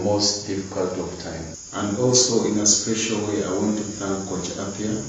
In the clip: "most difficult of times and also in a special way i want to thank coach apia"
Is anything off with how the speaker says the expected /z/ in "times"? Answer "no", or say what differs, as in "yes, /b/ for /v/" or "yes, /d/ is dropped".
yes, /z/ is dropped